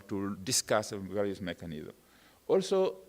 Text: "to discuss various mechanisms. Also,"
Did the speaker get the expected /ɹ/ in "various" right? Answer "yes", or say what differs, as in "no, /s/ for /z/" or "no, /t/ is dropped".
no, /l/ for /ɹ/